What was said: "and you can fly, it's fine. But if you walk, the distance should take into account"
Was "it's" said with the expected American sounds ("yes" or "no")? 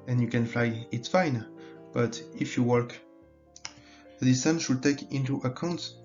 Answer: yes